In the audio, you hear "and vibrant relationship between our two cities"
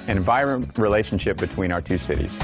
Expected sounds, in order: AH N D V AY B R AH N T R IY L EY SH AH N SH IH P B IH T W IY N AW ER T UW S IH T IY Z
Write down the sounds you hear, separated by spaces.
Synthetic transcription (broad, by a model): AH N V AY R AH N R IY L EY SH N SH IH P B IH T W IY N AW ER T UW S IH T IY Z